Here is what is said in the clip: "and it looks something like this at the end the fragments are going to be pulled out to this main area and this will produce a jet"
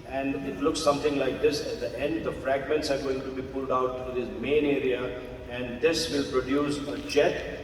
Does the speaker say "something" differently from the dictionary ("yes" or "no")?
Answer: yes